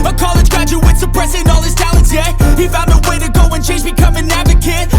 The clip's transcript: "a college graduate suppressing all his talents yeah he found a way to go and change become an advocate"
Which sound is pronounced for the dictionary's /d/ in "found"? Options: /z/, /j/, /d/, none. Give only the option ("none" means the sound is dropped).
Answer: none